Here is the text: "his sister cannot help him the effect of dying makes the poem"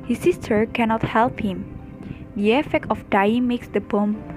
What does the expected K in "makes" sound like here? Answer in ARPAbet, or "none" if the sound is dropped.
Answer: K